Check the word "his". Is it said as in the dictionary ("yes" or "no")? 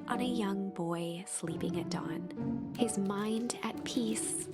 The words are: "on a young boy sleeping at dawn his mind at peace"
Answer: yes